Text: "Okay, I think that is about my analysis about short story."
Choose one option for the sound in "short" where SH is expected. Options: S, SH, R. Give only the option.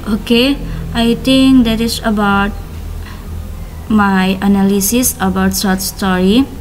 S